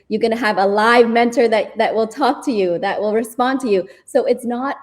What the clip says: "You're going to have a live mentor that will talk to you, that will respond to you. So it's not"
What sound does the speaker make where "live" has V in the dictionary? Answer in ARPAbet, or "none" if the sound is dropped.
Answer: V